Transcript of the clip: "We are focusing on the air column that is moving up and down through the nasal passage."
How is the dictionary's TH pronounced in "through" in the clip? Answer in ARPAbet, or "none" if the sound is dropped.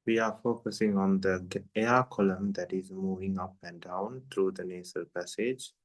T